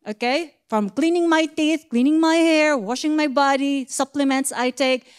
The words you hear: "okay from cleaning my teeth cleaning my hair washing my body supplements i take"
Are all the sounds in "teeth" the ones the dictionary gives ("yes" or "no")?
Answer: yes